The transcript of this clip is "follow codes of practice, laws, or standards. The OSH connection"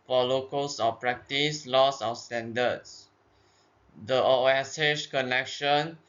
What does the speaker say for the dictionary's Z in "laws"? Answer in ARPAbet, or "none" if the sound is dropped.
S